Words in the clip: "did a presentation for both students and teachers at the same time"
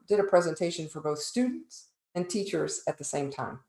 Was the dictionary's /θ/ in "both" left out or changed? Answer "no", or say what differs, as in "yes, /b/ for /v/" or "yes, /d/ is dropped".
no